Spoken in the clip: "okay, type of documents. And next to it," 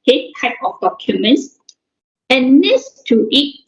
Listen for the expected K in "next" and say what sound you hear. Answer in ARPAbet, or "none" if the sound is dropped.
none